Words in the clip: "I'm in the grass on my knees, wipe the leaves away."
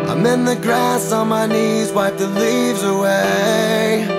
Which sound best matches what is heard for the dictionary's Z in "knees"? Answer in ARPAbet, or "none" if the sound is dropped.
Z